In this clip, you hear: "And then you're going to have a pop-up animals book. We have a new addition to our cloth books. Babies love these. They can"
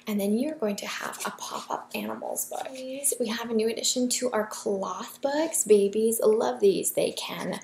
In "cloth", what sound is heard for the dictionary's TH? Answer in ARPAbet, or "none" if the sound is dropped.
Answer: TH